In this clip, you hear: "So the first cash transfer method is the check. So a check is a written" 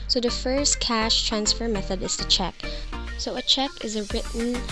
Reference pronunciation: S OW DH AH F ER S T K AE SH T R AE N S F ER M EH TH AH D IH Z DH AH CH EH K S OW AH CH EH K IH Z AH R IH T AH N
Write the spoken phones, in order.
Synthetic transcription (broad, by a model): S OW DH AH F ER S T K AE SH T R AE N S F ER M EH TH AH D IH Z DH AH CH EH K S OW AH CH EH K IH Z AH R IH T N